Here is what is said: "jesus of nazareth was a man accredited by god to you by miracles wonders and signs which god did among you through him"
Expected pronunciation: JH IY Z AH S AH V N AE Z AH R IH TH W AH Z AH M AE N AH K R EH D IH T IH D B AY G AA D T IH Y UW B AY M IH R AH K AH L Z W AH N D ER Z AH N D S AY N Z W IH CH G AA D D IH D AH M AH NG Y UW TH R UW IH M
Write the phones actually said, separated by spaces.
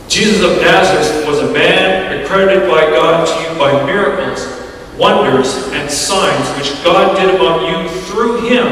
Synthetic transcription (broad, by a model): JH IY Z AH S AH V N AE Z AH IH S W AH Z AH M AE N AH K R EH D IH T IH D B AY G AA D T IH Y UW B AY M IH R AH K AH L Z W AH N D ER Z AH N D S AY N Z W IH CH G AA D D IH D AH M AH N Y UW TH R UW IH M